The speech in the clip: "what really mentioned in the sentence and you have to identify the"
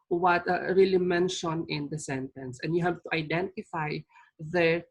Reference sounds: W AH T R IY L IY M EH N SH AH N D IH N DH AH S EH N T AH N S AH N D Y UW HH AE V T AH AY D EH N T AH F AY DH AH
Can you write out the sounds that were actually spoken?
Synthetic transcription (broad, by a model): W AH T R IY L IY M EH N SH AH N IH N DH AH S EH N T AH N S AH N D Y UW HH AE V T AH AY D EH N T AH F AY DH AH